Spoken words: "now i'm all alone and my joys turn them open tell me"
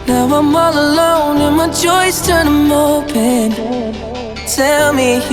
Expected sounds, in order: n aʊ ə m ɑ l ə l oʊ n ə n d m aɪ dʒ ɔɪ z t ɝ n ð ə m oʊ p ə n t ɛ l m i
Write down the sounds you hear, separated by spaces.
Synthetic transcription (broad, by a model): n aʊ ə m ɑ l ə l oʊ n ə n m aɪ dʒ ɔɪ s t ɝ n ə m oʊ p ə n t ɛ l m i